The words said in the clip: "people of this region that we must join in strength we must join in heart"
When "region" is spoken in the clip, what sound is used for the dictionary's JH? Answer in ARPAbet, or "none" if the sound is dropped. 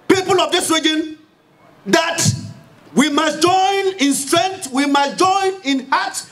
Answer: JH